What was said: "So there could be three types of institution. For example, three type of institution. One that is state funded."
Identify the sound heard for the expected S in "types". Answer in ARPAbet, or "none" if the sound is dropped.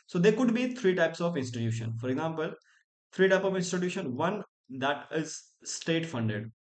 S